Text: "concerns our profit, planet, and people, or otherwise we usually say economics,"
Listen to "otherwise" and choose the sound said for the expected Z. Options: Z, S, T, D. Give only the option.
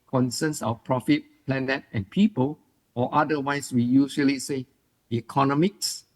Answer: S